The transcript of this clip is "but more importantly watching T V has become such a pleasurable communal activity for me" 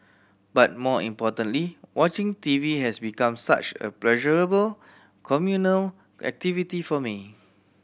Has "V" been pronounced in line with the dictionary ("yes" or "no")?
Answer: yes